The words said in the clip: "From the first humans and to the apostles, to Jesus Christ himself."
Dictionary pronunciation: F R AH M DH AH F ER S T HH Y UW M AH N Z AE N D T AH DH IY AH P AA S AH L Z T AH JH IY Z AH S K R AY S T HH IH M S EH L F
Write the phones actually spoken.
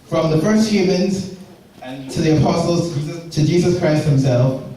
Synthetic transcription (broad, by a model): F R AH M DH AH F ER S T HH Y UW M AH N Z T AH DH IY AH P AA S AH L Z T AH JH IY Z AH S K R AY S T HH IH M S EH L F